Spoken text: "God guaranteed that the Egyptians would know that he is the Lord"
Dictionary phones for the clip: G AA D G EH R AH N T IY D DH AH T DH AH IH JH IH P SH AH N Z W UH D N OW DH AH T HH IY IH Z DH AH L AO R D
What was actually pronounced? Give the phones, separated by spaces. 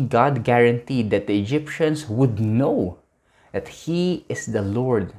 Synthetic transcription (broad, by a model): G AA D G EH R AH N T IY D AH T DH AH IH JH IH P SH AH N S W UH D N OW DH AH T HH IY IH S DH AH L AO R D